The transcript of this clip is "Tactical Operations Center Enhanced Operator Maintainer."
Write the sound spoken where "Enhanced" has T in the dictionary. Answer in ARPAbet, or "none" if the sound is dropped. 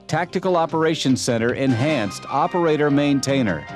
T